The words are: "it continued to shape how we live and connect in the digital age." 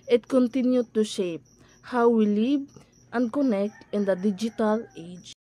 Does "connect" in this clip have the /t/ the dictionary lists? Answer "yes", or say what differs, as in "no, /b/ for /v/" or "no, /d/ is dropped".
yes